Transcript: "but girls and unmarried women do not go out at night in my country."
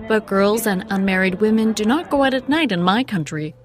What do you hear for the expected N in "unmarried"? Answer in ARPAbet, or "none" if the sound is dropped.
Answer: N